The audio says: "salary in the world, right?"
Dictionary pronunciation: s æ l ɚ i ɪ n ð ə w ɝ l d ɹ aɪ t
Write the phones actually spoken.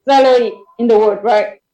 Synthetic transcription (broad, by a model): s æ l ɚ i ɪ n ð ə w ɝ d ɹ aɪ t